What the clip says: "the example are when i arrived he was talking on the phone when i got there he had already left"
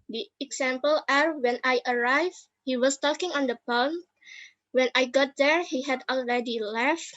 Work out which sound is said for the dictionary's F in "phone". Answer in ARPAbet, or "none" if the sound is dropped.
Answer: P